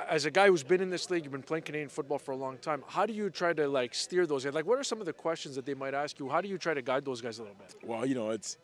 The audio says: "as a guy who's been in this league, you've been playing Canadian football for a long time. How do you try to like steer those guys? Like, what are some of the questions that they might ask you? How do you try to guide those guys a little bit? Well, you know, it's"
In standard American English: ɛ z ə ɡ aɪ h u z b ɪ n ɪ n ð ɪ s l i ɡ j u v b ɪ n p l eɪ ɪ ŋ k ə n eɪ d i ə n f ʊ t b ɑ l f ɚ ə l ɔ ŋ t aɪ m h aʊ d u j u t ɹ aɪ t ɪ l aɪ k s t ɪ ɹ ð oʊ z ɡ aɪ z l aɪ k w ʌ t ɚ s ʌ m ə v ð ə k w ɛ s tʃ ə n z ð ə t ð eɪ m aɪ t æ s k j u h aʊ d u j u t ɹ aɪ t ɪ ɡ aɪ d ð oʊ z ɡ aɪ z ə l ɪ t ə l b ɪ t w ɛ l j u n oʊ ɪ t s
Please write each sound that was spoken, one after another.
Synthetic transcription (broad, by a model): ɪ z ə ɡ aɪ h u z b ɪ n ɪ n ð ɪ s l i ɡ j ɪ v b ɪ n p l eɪ ɪ ŋ k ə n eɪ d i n f ʊ t b ɑ l f ɚ ə l ɔ ŋ t aɪ m h aʊ d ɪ j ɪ t ɹ aɪ t ɪ l aɪ k s t ɪ ɹ ð oʊ z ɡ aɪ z l aɪ k w ʌ t ɚ s ʌ m ə v ð ə k w ɛ s tʃ ə n z ð ə t ð eɪ m aɪ t æ s k j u h aʊ d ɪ j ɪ t ɹ aɪ t ɪ ɡ aɪ d ð oʊ z ɡ aɪ z ə l ɪ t l b ɪ t w ɛ l j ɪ n oʊ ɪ t s